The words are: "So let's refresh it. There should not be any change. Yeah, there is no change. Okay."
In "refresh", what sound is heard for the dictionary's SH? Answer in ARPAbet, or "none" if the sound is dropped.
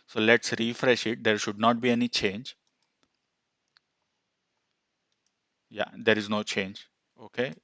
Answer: SH